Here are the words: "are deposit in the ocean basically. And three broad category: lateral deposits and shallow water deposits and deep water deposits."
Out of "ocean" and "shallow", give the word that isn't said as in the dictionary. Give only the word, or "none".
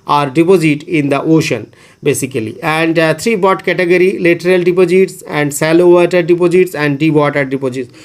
shallow